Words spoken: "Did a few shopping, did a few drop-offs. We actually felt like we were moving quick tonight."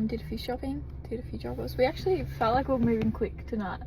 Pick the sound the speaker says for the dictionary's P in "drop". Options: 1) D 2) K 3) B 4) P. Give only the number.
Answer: 3